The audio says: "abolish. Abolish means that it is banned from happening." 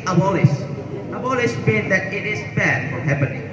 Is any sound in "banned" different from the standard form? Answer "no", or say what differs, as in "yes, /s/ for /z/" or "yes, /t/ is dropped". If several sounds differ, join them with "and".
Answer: yes, /n/ is dropped